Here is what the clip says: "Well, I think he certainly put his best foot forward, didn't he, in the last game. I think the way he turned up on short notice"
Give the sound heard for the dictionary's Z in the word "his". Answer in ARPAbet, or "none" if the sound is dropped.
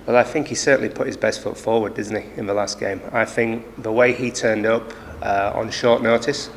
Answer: Z